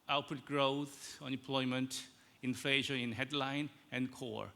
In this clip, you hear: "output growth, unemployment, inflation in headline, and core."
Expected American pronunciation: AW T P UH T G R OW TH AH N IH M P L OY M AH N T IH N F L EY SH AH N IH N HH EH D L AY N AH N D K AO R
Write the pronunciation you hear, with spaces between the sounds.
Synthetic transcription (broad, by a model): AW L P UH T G R OW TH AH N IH M P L OY M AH N T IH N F EY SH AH IH N HH EH D L AY N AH N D K AO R